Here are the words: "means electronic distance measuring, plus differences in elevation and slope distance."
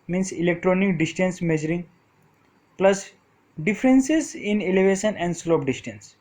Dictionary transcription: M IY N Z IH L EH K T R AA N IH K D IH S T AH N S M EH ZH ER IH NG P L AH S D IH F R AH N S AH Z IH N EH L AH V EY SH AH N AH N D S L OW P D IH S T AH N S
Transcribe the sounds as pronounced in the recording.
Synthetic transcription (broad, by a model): M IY N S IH L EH K T R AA N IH K D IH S T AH N S M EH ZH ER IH NG P L AH S D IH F R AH N S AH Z IH N EH L AH V EY SH AH N AH N D S L OW P D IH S T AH N S